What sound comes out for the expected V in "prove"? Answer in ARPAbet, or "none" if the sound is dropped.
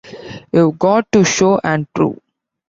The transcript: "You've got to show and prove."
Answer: none